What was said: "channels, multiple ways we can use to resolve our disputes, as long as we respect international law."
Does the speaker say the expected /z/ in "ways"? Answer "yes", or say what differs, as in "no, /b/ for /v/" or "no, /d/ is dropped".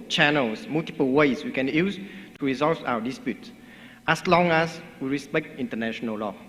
no, /s/ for /z/